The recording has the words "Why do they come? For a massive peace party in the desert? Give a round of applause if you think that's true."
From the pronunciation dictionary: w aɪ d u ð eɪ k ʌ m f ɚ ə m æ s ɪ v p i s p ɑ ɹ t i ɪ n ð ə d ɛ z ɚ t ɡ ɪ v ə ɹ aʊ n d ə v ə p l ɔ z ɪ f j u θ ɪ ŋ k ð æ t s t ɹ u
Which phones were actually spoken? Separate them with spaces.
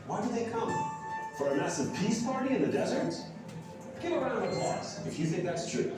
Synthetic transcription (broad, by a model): w aɪ d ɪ ð eɪ k ʌ m f ɚ ə m æ s ɪ v p i s p ɑ ɹ t i ɪ n ð ə d ɛ z ɚ t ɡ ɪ ə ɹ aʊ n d ə v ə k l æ s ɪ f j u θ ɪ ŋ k ð æ t s t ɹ u